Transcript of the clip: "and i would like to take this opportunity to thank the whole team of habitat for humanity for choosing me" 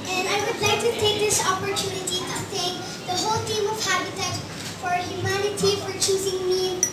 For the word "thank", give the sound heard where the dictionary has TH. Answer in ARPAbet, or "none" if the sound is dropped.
T